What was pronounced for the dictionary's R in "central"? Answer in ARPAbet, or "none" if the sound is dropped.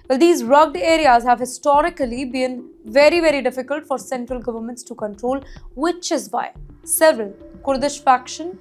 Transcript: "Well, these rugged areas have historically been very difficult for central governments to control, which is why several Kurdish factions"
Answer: R